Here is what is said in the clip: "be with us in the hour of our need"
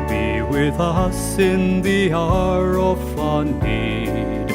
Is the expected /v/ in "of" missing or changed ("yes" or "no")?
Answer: yes